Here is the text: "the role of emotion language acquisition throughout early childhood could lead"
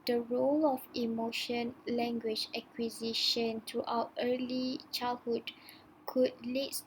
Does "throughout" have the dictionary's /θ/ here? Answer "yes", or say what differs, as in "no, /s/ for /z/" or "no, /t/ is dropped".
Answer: no, /t/ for /θ/